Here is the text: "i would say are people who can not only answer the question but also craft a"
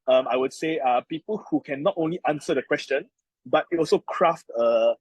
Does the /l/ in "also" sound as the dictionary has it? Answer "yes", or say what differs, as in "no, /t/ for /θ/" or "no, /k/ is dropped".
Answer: yes